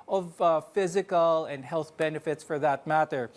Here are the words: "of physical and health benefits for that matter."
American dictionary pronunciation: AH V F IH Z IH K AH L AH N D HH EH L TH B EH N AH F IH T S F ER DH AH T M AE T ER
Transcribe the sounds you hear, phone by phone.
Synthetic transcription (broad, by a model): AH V F IH Z IH K AH L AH N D HH EH L TH B EH N AH F IH T S F ER DH AH T M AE T ER